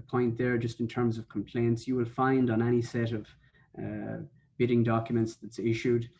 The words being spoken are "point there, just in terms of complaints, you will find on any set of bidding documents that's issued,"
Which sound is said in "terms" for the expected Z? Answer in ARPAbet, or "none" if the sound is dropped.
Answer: Z